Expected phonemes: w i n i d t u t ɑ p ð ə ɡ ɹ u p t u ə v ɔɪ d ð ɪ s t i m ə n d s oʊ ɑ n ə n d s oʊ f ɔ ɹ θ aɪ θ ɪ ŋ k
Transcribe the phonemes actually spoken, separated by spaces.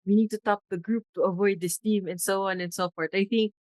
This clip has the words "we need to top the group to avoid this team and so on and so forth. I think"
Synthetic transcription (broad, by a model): w i n i d t u t ɑ p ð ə ɡ ɹ u p t u ə v ɔɪ d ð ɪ s t i m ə n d s oʊ ɑ n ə n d s oʊ f ɔ ɹ t aɪ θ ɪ ŋ k